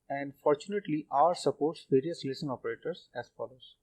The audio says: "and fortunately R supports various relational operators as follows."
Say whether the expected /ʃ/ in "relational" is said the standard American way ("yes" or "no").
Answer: no